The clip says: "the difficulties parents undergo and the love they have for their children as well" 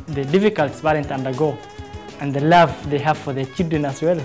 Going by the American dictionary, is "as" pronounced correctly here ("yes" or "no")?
no